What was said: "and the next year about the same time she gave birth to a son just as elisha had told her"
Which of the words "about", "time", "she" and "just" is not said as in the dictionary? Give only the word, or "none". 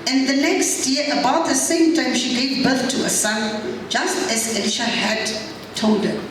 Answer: none